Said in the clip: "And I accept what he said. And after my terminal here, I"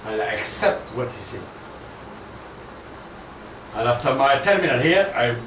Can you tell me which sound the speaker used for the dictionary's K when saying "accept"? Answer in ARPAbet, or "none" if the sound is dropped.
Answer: K